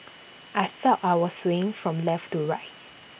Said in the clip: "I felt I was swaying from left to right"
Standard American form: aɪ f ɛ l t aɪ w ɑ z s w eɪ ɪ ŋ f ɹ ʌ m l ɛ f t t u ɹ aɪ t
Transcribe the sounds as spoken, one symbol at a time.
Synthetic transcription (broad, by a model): aɪ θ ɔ t aɪ w ɑ s w eɪ ɪ ŋ f ɹ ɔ m l ɛ f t t u ɹ aɪ t